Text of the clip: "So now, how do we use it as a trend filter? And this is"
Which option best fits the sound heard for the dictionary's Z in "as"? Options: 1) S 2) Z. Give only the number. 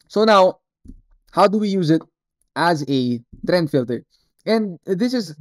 2